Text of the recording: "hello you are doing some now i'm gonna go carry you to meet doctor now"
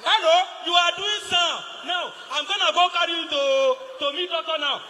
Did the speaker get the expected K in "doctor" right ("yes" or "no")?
no